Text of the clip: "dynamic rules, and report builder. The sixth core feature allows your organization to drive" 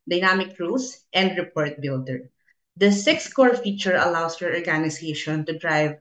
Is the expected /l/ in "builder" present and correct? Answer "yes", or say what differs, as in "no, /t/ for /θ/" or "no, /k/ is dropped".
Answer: yes